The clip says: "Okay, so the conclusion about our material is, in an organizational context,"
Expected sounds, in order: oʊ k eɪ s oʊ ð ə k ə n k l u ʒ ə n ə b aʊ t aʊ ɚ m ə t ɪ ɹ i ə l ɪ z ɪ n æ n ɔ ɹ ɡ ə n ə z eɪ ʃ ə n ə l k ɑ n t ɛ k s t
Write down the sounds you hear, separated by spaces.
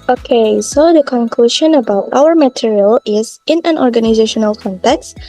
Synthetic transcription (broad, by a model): oʊ k eɪ s oʊ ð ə k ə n k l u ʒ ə n ə b aʊ t aʊ ɚ m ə t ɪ ɹ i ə l ɪ z ɪ n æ n ɔ ɹ ɡ ə n ə z eɪ ʃ ə n ə l k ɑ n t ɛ k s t